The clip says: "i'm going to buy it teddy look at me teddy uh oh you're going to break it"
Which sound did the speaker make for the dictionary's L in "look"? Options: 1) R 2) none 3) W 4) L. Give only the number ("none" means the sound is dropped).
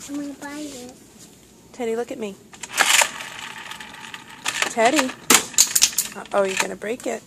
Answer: 4